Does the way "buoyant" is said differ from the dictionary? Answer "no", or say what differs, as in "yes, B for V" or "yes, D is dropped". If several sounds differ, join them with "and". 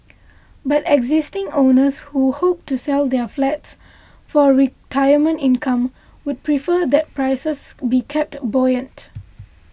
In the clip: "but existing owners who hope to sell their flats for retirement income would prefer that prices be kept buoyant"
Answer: no